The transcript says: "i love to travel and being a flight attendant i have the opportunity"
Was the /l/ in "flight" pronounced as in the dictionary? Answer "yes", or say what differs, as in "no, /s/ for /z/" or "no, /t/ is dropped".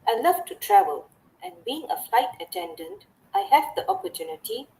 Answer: yes